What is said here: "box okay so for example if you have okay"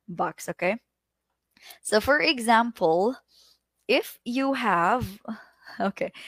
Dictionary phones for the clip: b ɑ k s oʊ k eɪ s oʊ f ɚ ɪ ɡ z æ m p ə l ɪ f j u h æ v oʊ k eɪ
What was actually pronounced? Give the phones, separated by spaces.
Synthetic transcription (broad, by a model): b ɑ k s oʊ k eɪ s oʊ f ɚ ɪ ɡ z æ m p ə l ɪ f j u h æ v oʊ k eɪ